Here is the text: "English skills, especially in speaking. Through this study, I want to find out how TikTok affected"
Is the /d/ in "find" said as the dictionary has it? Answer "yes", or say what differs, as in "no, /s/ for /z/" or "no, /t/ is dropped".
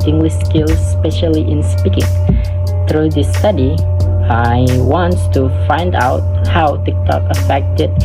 yes